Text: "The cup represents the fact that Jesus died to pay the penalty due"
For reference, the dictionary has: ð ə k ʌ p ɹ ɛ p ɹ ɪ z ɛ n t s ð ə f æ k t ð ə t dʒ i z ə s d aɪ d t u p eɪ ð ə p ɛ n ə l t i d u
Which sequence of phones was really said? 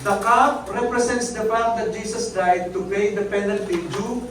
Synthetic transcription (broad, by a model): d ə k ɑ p ɹ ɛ p ɹ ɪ s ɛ n t s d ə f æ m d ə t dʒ i s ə s d aɪ d t u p eɪ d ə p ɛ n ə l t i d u